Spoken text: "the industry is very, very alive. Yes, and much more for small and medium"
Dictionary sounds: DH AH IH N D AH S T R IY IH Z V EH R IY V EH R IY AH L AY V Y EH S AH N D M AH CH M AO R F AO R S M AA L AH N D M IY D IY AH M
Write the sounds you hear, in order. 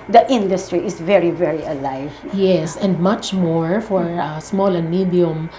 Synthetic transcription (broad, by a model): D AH IH N D AH S T R IY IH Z V EH R IY V EH R IY AH L AY V Y EH S AH N D M AH CH M AO R F AO R S M AA L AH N M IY D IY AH M